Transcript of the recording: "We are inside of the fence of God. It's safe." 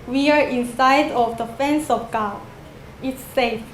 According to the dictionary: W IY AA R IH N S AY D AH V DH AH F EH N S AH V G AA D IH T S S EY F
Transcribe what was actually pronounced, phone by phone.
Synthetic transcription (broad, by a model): W IY AA R IH N S AY D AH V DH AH F EH N S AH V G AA IH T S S EY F